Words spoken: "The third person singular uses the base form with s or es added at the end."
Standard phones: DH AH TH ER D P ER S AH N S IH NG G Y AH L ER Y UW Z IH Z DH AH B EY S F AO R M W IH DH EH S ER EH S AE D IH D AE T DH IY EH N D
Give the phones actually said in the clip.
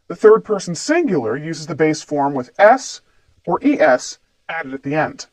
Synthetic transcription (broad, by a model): DH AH TH ER D P ER S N S IH NG G Y L ER Y UW Z IH Z DH AH B EY S F AO R M W IH DH EH S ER EH S AE D IH D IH T DH IY EH N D